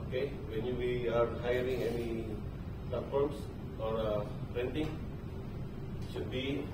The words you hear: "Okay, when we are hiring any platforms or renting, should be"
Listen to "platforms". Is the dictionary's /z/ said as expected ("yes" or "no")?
no